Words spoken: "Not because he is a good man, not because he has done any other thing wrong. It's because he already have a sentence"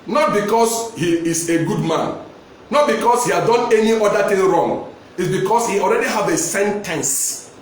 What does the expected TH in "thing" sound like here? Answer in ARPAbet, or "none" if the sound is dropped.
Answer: T